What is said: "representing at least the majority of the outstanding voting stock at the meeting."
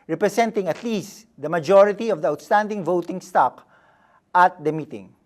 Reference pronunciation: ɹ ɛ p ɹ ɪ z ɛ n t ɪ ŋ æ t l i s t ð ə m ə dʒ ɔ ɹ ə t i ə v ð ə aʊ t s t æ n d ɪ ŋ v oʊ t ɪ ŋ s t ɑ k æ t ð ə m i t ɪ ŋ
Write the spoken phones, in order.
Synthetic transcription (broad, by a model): ɹ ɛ p ɹ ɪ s ɛ n t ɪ ŋ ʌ t l i s t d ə m ə dʒ ɔ ɹ ə t i ə v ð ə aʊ t s t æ n d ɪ ŋ v oʊ t ɪ ŋ s t ɑ k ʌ t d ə m i t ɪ ŋ